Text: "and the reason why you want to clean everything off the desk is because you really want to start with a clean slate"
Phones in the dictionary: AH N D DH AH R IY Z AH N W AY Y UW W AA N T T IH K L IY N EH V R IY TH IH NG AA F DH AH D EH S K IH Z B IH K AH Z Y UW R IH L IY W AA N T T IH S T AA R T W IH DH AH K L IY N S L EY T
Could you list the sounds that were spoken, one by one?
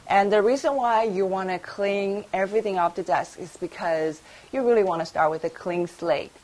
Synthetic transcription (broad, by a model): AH N DH AH R IY Z AH N W AY Y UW W AA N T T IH K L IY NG EH V R IY TH IH NG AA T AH D EH S K IH Z B IH K AH Z Y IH R IH L IY W AA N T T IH S T AA R T W IH DH AH K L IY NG S L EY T